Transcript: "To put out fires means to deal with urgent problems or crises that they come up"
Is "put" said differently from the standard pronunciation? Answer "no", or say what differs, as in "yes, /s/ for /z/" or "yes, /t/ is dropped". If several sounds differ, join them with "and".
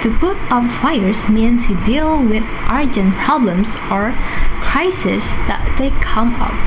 yes, /b/ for /p/